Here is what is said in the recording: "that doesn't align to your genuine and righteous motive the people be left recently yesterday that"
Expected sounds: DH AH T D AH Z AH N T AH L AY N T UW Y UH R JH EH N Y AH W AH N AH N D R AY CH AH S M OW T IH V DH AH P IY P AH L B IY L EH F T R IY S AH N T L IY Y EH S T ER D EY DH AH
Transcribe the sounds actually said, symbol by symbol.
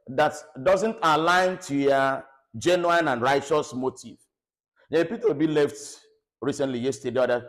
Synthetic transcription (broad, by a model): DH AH T D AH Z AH N T AH L AY N T UW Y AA JH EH N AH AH N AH N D R AY CH AH S M OW T IH V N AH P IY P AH W B IY L EH F T R IY S AH N T L IY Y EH S T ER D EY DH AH